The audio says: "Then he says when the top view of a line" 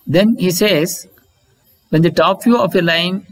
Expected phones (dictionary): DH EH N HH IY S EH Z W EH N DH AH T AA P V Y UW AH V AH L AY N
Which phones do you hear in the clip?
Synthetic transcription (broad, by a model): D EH N HH IY S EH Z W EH N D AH T AA P F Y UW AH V AH L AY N